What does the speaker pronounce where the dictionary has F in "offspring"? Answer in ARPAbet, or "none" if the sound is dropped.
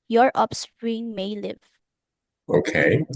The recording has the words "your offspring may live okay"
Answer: P